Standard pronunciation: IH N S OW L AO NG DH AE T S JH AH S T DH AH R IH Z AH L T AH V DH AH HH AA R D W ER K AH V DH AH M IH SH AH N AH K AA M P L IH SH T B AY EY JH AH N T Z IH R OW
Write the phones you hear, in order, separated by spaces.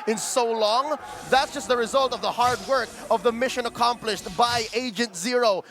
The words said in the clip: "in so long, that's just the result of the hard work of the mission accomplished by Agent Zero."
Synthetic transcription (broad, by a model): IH N S OW L AO NG DH AE T S JH AH S T DH AH R IH Z AH L T AH V DH AH HH AA R D W ER K AH V DH AH M IH SH AH N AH K AA M P L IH SH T B AY EY JH AH N T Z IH R OW